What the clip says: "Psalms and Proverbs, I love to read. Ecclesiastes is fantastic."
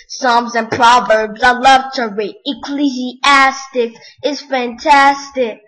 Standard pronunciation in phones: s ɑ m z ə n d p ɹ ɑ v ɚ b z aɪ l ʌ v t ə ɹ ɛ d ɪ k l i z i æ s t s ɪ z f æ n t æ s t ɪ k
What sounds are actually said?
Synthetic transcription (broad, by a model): s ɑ m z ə n p ɹ ɑ v ɚ b z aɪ l ʌ v t ə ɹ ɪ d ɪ k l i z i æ s t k ɪ z f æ n t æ s t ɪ k